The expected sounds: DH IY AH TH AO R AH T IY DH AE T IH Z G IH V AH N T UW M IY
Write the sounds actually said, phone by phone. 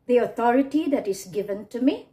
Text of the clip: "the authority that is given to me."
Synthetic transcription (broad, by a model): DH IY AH T AO R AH T IY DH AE T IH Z G IH V AH N T UW M IY